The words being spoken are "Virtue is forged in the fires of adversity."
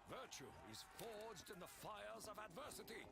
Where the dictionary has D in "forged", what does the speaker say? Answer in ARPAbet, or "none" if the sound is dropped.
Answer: D